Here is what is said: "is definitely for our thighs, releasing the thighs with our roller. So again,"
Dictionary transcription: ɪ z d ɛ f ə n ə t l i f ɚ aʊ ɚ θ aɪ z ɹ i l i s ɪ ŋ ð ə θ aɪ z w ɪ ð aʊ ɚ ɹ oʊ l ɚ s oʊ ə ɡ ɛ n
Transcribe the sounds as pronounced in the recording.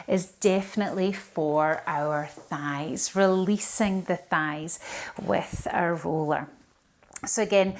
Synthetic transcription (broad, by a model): ɪ z d ɛ f ə n ə t l i f ɚ aʊ ɚ θ aɪ z ɹ i l i s ɪ ŋ ð ə θ aɪ z w ɪ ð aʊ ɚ ɹ oʊ l ɚ s oʊ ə ɡ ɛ n